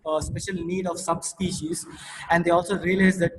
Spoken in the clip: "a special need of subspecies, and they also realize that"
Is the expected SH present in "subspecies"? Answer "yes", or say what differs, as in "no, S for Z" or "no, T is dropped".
yes